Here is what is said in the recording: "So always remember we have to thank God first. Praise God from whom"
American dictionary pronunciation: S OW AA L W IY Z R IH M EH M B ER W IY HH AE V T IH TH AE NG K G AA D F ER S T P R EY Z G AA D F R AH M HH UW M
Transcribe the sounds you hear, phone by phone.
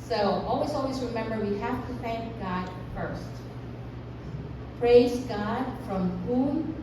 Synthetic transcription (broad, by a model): S OW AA L W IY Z R IH M EH M B ER W IY HH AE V T IH TH AE NG K G AA D F ER S T P R EY Z G AA D F R AH M HH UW M